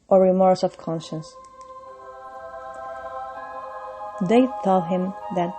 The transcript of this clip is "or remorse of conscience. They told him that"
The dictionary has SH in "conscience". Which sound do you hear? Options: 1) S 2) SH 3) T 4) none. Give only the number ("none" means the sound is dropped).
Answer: 2